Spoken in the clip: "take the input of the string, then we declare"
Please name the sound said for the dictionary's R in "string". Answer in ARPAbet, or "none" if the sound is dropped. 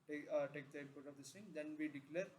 none